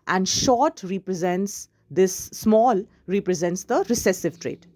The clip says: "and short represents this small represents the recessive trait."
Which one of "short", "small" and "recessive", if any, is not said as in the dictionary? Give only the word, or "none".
none